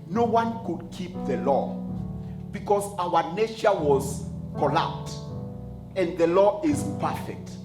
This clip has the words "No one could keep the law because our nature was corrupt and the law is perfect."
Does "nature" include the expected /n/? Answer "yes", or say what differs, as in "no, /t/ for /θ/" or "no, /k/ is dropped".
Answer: yes